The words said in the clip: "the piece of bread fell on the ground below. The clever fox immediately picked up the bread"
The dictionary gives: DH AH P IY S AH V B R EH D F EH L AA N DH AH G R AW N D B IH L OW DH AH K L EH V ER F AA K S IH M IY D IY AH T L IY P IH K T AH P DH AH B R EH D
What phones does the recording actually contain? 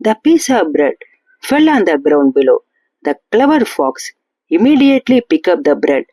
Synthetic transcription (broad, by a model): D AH P IY S AH V B R EH D F EH L AA N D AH G R AW N D B IH L OW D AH K L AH V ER F AA K S IH M IY D IY AH T L IY P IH K AH P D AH B R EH D